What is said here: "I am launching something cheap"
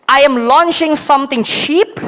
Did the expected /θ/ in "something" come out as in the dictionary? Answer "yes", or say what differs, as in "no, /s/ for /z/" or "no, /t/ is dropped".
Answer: no, /t/ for /θ/